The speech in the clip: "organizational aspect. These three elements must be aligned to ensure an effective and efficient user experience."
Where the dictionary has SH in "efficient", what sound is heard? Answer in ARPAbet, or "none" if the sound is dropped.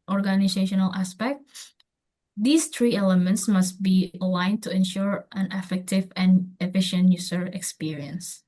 SH